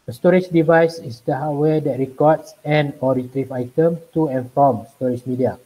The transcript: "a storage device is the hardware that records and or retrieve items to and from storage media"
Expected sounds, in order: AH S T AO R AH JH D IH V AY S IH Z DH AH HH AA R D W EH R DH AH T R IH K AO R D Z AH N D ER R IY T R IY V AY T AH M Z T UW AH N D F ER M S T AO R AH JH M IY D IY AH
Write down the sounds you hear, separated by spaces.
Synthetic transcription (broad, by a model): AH S T AO R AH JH D IH V AY S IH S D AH HH AA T W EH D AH T R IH K AO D S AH N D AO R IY T R IY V AY T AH M T UW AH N F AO M S T AO R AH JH M IY D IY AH